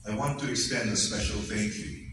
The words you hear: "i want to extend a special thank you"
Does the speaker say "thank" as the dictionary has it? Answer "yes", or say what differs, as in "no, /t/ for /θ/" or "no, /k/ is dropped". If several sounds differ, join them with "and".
no, /f/ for /θ/ and /ŋ/ is dropped